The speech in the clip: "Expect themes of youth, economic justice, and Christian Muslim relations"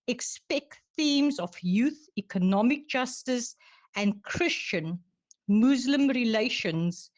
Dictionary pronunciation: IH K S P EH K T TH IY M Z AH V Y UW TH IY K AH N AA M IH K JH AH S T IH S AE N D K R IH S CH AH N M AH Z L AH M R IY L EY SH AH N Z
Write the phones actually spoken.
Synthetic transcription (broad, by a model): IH K S P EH K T TH IY M Z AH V Y UW TH IY K AH N AA M IH K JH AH S T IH S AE N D K R IH S CH AH N M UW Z L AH M R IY L EY SH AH N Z